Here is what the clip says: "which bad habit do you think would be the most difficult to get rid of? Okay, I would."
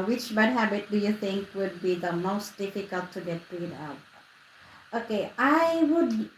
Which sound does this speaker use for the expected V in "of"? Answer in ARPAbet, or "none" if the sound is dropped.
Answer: P